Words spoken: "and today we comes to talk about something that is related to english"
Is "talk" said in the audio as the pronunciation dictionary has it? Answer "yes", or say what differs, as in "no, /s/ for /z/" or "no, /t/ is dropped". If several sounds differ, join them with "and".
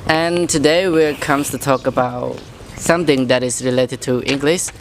yes